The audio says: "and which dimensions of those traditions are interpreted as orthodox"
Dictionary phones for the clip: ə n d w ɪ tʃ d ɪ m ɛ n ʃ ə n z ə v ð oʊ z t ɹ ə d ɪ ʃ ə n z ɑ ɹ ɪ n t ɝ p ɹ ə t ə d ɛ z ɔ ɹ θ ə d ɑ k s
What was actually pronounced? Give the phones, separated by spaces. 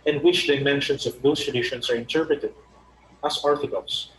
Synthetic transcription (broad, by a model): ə n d w ɪ tʃ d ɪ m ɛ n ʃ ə n s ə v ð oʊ s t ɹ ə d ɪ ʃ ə n s ɑ ɹ ɪ n t ɝ p ɹ ə t ə d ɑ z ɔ ɹ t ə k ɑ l s